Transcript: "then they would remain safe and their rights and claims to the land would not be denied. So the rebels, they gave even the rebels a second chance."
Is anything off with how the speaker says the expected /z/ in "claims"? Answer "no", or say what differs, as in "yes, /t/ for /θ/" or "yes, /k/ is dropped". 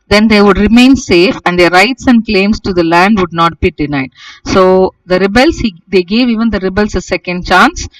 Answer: yes, /s/ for /z/